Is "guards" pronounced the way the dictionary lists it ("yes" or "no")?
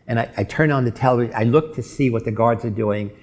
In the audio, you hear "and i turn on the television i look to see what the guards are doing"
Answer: yes